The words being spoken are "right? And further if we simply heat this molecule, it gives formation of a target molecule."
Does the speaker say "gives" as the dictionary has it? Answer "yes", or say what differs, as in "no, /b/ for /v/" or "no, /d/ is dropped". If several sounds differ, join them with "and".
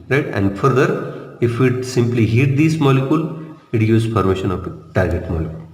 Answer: no, /v/ is dropped